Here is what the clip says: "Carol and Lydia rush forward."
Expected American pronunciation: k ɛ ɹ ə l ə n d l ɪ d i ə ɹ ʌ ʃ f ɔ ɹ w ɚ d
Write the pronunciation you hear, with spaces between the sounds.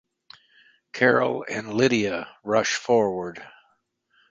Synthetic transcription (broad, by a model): k ɛ ɹ l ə n l ɪ d i ə ɹ ʌ ʃ f ɔ ɹ w ɚ d